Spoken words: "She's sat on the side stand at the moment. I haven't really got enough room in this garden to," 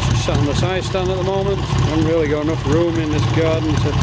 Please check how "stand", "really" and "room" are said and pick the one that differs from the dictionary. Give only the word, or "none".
stand